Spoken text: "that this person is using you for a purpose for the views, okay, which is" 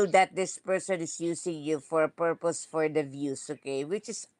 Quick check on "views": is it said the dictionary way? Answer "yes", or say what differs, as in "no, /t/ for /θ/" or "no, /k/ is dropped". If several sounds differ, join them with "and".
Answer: no, /s/ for /z/